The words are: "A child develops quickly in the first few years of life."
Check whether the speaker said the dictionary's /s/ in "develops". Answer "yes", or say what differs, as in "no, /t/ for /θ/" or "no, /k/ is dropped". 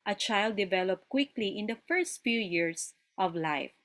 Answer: no, /s/ is dropped